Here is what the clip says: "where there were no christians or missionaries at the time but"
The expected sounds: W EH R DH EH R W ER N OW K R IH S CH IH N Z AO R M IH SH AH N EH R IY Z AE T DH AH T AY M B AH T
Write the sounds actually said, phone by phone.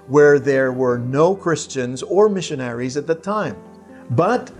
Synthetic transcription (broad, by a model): W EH R DH EH R W ER N OW K R IH S CH IH N Z AO R M IH SH AH N EH R IY Z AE T DH AH T AY M B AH T